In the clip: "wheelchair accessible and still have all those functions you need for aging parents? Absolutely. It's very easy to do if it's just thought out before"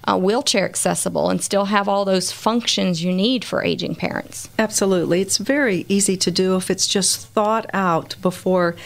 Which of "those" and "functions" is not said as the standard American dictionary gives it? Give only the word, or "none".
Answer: none